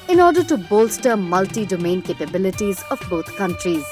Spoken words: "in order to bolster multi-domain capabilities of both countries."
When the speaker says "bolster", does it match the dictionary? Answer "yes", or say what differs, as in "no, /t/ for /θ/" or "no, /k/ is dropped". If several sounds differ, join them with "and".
yes